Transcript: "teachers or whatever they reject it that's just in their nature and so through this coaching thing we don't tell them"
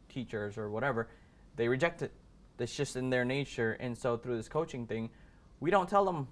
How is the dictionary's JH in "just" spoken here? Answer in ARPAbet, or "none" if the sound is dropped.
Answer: SH